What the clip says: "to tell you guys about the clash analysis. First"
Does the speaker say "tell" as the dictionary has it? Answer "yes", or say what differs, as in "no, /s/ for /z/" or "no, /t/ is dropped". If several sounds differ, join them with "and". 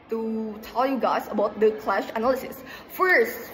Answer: yes